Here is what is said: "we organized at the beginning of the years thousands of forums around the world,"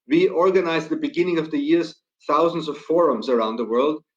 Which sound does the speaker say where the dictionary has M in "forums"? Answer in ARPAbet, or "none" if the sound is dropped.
M